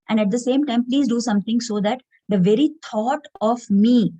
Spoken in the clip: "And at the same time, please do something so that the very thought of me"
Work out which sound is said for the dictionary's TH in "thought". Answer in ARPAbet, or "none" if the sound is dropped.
T